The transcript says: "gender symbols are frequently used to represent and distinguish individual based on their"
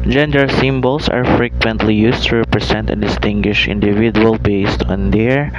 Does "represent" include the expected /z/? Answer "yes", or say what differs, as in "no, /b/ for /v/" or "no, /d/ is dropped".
no, /s/ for /z/